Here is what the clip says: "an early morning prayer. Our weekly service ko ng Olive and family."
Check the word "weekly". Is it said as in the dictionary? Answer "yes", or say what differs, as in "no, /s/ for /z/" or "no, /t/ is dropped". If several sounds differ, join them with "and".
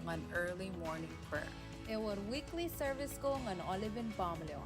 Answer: yes